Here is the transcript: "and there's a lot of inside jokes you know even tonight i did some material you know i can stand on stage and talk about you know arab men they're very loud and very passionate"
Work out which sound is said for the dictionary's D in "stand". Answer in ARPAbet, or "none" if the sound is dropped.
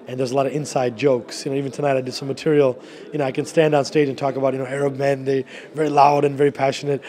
D